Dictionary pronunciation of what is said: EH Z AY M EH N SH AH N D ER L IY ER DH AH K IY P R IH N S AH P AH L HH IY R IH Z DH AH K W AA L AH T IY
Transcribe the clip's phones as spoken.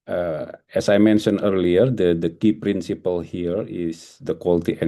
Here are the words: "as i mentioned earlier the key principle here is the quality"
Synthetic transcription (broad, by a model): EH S AY M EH N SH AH N ER L IY ER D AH K IY P R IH N S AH P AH L HH IY R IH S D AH K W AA L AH T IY